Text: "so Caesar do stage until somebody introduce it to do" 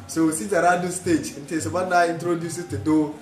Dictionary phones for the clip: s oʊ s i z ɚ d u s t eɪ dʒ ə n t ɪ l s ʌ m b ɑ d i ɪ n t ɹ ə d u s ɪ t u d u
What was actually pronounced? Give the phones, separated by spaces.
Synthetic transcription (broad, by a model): s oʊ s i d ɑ d u s t eɪ dʒ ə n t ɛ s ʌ b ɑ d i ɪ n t ɹ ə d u s ɪ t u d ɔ